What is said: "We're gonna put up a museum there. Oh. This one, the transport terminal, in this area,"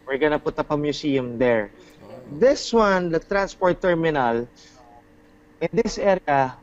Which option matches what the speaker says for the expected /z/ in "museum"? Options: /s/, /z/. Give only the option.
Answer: /s/